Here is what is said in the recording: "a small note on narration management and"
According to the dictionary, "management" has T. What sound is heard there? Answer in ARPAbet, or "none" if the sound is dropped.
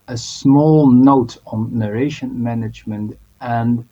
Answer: T